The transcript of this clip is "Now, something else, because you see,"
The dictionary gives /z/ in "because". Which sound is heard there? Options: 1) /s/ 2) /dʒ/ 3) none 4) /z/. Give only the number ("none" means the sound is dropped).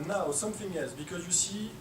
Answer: 4